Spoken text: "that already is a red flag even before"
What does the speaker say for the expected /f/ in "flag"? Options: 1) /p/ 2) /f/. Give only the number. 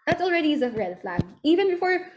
2